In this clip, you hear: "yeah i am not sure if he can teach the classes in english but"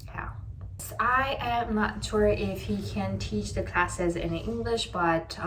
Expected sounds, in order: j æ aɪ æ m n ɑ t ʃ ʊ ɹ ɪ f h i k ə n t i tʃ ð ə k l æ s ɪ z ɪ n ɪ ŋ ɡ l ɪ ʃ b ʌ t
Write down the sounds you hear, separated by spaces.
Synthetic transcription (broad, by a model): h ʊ aɪ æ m n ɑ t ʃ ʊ ɹ ɪ f h i k ə n t i tʃ ð ə k l æ s ɪ z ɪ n ɪ ŋ ɡ l ɪ ʃ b ʌ t